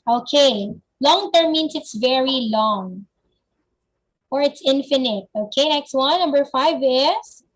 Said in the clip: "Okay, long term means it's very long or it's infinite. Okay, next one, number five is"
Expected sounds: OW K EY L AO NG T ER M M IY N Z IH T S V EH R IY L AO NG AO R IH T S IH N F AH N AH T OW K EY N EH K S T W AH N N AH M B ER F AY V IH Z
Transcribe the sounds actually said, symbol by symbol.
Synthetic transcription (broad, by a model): OW K EY L AO NG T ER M M IY N S IH T S V EH R IY L AO NG AO R IH T S IH N F AH N AH T OW K EY N EH K S T W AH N N AH M B ER F AY V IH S